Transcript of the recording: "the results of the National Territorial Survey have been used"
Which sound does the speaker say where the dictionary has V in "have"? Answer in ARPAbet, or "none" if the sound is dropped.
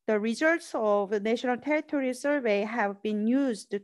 V